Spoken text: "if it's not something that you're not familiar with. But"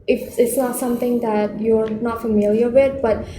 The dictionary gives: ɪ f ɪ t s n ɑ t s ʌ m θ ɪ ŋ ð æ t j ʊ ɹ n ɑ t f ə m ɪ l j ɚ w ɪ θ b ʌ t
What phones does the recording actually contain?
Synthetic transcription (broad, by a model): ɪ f ɪ t s n ɑ t s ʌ m t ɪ ŋ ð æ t j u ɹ n ɑ t f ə m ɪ l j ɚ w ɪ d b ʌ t